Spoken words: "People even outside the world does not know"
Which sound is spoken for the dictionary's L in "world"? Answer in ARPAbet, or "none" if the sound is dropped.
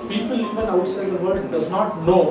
none